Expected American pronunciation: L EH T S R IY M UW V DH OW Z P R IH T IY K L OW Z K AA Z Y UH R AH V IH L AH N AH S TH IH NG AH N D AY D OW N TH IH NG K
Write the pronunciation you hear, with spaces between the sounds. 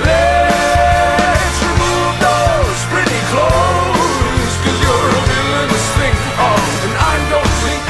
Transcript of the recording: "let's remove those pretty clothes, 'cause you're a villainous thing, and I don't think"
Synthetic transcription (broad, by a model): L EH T S R IY M UW V DH OW Z P R IH T IY K L OW Z K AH Z Y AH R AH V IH AH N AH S T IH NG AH N AY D OW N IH